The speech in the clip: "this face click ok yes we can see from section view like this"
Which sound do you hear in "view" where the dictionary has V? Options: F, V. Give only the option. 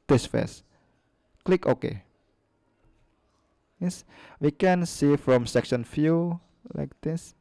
F